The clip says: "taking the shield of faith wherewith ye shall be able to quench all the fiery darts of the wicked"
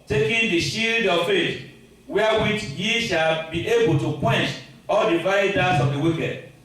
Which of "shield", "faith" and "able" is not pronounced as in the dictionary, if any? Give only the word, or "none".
faith